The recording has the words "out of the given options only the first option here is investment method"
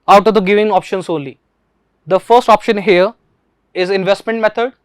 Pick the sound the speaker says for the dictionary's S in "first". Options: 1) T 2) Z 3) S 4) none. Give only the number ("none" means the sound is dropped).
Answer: 3